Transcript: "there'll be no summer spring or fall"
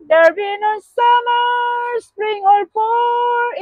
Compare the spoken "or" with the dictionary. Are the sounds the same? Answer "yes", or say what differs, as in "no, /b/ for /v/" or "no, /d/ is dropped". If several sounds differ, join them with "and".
no, /l/ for /ɹ/